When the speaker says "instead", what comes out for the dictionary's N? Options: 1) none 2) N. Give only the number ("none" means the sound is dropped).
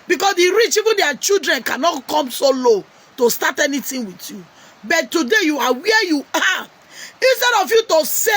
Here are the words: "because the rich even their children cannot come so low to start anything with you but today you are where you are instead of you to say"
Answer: 2